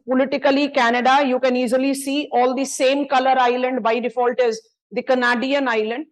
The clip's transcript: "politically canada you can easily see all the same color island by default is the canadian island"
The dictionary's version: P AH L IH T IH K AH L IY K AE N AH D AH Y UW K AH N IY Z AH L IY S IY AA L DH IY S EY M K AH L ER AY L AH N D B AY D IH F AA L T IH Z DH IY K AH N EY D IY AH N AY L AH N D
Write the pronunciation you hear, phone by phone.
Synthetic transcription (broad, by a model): P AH L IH T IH K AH L IY K AE N AH D AH Y UW K AH N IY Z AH L IY S IY AA L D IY S EY M K AH L ER AY L AH N D B AY D IH F AA L T IH Z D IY K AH N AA D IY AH N AY L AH N D